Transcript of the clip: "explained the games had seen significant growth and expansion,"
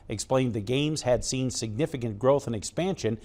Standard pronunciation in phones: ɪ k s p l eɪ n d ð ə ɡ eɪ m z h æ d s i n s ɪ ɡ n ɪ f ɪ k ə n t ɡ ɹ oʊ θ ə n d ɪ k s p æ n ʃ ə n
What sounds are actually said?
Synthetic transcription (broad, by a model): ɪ k s p l eɪ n ð ə ɡ eɪ m z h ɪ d s i n s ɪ ɡ n ɪ f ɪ k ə n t ɡ ɹ oʊ θ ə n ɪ k s p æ n ʃ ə n